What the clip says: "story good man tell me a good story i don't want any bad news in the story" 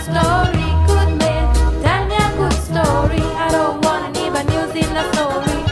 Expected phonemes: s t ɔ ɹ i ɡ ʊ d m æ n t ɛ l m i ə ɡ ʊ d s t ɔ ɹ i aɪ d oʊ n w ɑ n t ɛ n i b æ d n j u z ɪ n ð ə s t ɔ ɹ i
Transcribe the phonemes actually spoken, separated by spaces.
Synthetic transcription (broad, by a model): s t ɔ ɹ i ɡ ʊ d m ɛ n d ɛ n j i ə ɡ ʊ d s t ɔ ɹ i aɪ d oʊ n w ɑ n ɛ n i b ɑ n j u z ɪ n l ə s t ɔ ɹ i